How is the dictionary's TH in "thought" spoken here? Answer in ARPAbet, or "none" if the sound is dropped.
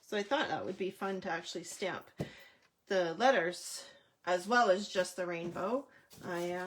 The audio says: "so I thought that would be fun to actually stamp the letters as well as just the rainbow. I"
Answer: TH